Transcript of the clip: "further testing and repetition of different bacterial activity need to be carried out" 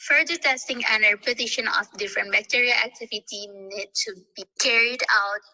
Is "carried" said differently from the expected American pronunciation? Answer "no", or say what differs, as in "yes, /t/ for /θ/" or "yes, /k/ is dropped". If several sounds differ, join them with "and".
no